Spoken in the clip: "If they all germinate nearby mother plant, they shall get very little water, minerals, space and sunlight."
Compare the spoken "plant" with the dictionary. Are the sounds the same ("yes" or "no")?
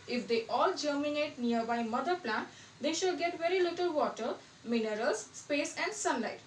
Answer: yes